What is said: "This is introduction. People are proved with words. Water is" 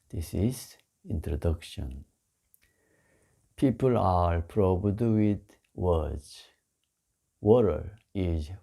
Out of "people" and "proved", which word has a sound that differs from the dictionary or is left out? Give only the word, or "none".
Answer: proved